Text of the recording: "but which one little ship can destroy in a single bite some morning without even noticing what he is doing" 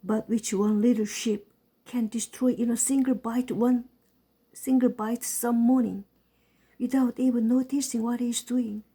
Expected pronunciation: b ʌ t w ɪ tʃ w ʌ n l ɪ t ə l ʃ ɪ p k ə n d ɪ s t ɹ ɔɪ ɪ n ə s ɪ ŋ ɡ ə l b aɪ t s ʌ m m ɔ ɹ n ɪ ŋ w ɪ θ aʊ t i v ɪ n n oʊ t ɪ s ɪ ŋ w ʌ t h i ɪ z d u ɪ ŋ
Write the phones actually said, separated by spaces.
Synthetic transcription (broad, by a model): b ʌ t w ɪ tʃ w ʌ n l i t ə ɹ ʃ ɪ p k ə n d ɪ s t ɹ ɔɪ ɪ n ə s ɪ ŋ ɡ ə l b aɪ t s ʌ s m ɔ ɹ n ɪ ŋ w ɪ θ aʊ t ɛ b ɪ l n oʊ t ɪ s ɪ ŋ w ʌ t h i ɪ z d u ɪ ŋ